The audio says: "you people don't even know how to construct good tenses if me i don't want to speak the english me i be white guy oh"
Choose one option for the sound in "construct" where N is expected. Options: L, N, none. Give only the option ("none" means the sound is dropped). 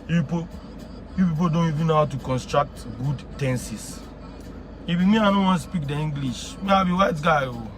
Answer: N